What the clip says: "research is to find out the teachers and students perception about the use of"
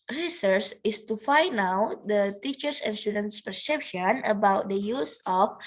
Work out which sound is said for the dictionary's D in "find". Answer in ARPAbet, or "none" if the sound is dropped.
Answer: none